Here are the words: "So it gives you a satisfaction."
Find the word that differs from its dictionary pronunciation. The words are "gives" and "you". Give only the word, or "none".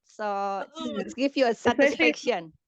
gives